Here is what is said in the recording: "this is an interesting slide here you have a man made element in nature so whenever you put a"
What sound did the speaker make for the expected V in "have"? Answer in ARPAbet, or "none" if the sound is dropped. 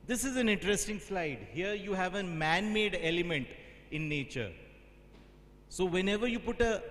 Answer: V